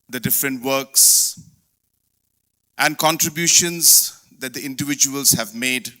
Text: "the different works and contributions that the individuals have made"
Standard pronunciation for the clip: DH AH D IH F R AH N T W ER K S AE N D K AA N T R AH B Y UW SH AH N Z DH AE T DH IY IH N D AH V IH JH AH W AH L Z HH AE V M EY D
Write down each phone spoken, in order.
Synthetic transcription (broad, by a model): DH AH D IH F R AH N T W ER K S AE N D K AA N T R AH B Y UW SH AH N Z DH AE T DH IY IH N D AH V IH JH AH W AH L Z HH AE V M EY D